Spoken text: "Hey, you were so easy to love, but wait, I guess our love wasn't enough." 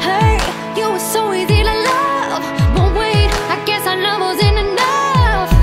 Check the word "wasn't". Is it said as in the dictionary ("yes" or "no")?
no